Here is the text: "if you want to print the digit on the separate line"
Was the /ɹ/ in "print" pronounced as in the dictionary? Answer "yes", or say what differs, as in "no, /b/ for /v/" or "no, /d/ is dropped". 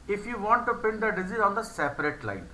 no, /ɹ/ is dropped